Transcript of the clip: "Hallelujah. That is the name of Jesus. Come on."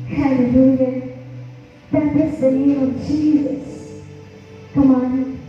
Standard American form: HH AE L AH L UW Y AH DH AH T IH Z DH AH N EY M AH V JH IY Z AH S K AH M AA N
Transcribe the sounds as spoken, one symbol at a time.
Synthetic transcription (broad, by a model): HH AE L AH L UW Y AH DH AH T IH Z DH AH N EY AH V JH IY Z AH S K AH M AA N